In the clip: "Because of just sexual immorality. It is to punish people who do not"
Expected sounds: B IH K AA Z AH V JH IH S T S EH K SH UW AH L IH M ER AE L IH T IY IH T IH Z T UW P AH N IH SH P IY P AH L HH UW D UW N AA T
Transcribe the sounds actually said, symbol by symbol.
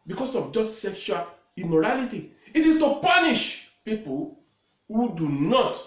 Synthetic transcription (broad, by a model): B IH K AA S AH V JH IH S T S EH K SH UW AH L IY M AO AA L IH T IY IH T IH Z T UW P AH N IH SH P IY P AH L HH UW D UW N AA T